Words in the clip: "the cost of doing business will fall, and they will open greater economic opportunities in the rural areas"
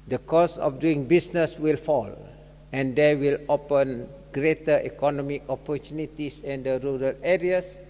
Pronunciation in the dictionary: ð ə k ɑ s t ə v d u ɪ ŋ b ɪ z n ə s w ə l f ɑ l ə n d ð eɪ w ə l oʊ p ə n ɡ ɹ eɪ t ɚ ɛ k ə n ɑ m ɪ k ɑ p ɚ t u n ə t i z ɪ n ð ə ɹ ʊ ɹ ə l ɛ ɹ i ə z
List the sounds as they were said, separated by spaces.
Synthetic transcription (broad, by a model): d ə k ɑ s ə f d u ɪ ŋ b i s n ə s w ə l f ɑ l ə n d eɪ w ə l oʊ p ə n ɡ ɹ eɪ t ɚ ɛ k ə n ɑ m ɪ k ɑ p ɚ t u n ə t i s ɪ n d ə ɹ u ɹ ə l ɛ ɹ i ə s